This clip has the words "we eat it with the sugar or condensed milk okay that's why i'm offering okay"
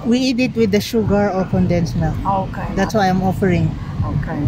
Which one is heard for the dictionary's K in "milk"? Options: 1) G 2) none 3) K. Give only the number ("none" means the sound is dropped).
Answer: 2